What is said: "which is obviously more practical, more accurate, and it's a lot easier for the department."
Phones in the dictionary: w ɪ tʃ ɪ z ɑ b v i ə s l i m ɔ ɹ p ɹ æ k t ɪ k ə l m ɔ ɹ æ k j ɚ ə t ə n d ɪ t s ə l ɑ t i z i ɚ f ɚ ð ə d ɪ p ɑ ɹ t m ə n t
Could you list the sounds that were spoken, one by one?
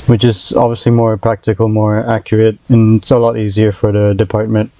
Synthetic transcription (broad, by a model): w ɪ tʃ ɪ z ɑ b v i ə s l i m ɔ ɹ p ɹ æ k t ɪ k ə l m ɔ ɹ æ k j ɚ ə t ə n ɪ t s ə l ɑ t i z i ɚ f ɚ ð ə d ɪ p ɑ ɹ t m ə n t